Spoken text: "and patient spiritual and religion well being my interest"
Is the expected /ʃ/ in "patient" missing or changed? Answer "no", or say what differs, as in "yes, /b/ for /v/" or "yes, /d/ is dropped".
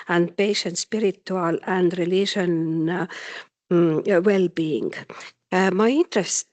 no